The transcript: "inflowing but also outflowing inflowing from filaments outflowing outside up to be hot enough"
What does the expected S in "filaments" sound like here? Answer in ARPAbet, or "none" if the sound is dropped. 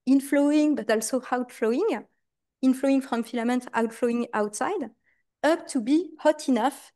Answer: none